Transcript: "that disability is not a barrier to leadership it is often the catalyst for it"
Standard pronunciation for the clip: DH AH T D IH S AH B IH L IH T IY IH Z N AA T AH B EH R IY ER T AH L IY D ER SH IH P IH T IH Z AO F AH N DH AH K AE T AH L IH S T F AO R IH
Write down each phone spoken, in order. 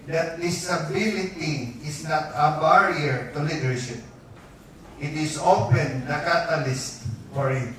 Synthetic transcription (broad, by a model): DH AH T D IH S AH B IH L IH T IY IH S N AA T AH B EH R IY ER T AH L IY D ER SH IH P IH T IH S AO P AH N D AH K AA T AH L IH S T F AO R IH